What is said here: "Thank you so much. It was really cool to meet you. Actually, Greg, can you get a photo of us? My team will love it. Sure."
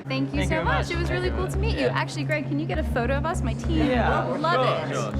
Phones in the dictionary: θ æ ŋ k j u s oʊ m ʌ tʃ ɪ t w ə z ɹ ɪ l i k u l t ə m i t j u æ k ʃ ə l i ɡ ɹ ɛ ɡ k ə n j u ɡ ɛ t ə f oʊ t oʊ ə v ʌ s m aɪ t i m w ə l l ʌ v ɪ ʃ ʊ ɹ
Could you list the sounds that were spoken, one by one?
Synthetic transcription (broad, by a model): θ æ ŋ k j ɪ s oʊ m ʌ tʃ ɪ t w ə z ɹ ɪ l i k u l t ə m i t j æ k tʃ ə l i ɡ ɹ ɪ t k ə n j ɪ ɡ ɛ t ə f oʊ t oʊ ə v ʌ s m aɪ t i m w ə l l ʌ v ɪ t